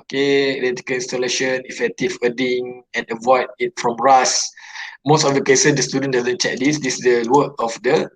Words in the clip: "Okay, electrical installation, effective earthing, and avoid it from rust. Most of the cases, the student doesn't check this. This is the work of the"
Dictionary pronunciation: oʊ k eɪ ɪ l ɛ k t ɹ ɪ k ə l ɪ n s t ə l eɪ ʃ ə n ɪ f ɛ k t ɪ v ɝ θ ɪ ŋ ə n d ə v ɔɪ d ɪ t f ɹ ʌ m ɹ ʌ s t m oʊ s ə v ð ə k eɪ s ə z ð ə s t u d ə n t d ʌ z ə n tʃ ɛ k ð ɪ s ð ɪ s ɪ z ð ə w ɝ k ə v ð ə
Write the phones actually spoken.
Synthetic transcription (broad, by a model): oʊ k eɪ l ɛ t ɪ k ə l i n s t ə l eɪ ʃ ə n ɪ f ɛ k t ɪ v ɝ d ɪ ŋ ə n ə v ɔɪ d ɪ t f ɹ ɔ m ɹ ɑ s m oʊ s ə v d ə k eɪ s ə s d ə s t u d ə n d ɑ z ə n tʃ ɛ k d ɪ s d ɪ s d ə w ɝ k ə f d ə